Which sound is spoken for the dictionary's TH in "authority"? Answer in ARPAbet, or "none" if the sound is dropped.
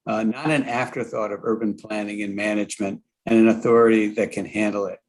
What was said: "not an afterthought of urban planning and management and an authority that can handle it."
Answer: TH